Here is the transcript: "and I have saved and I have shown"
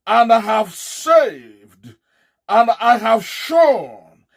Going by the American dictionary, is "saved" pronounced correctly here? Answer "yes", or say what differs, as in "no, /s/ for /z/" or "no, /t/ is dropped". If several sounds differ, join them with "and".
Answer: yes